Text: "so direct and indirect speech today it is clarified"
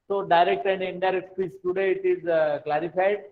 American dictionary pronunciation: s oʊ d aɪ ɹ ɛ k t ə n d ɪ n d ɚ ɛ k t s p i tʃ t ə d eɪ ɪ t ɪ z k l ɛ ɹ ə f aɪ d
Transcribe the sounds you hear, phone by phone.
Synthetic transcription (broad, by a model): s oʊ d aɪ ɹ ɛ k t ə n d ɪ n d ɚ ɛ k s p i s t ə d eɪ ɪ t ɪ z k l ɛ ɹ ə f aɪ d